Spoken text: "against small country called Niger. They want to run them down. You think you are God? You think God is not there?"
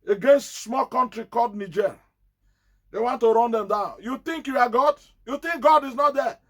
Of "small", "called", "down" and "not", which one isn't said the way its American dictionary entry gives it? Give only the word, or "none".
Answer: called